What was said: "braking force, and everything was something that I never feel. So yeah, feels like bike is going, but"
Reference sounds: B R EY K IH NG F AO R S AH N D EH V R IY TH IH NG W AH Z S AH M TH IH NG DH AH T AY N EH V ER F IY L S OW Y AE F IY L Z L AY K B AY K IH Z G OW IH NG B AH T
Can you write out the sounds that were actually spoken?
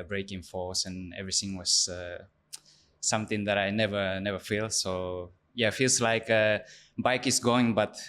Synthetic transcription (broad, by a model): B R EY K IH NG F AO R S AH N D EH V R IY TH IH NG W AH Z S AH M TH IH NG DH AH T AY N EH V ER F IY L S OW Y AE F IY L S L AY K B AY K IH S G OW IH NG B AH T